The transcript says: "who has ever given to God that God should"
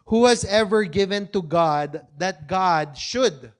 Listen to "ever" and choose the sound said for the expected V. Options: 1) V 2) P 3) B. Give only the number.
1